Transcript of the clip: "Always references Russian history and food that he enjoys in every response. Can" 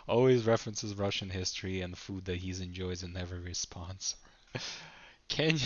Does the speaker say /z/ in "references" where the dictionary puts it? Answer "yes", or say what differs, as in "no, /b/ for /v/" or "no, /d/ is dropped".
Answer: yes